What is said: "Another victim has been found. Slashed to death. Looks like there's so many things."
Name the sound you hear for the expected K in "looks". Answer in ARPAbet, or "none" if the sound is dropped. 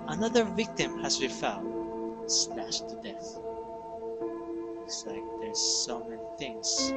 none